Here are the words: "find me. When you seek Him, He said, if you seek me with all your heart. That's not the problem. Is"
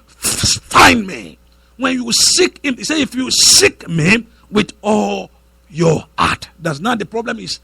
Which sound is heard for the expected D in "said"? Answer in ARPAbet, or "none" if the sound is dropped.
none